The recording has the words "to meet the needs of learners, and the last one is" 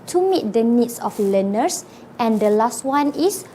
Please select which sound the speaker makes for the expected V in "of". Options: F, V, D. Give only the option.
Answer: F